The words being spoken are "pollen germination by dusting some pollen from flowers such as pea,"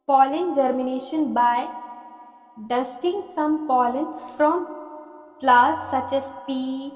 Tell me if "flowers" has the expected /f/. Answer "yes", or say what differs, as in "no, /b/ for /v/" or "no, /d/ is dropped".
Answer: no, /p/ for /f/